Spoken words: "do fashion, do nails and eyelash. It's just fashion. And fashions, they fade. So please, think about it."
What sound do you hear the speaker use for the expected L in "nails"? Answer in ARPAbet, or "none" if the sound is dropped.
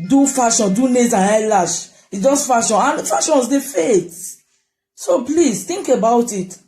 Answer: none